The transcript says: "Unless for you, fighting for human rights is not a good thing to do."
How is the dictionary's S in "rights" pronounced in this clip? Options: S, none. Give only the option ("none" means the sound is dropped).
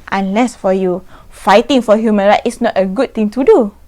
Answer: none